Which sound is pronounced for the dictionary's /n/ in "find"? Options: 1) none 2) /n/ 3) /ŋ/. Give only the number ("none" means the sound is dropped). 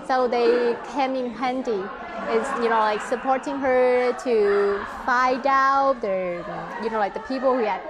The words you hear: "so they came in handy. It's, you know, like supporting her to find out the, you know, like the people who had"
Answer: 1